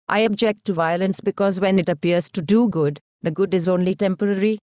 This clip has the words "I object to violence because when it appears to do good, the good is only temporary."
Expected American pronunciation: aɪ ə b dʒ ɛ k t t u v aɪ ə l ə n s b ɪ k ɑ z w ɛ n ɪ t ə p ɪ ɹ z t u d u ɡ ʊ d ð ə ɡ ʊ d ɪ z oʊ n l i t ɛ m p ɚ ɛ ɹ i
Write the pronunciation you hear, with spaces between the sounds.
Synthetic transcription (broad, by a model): aɪ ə b dʒ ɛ k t t u v aɪ ə l ə n s b ɪ k ɑ z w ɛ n ɪ t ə p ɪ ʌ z t u d u ɡ ʊ d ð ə ɡ ʊ d ɪ z oʊ n l i t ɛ m p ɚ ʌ ɹ i